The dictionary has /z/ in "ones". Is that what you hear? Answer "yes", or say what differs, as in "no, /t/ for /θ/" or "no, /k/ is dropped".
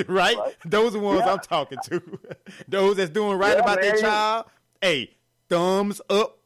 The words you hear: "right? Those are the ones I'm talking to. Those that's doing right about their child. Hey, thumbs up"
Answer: yes